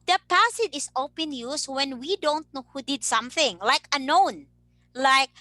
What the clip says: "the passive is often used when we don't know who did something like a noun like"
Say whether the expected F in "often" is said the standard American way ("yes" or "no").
no